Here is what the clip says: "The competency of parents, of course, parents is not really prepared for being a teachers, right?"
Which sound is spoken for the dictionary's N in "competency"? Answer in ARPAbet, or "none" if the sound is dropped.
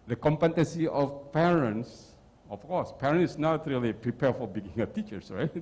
none